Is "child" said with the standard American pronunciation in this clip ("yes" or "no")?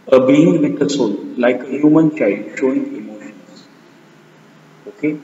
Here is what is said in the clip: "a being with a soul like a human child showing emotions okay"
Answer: no